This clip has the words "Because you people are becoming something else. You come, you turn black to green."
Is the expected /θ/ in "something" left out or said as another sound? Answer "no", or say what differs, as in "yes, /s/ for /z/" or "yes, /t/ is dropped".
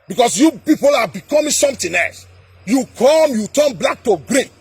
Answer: yes, /t/ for /θ/